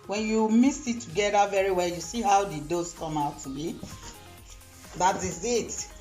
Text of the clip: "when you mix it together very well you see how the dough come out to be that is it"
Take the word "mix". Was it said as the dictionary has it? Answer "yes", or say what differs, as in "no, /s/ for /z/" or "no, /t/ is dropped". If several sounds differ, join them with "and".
no, /k/ is dropped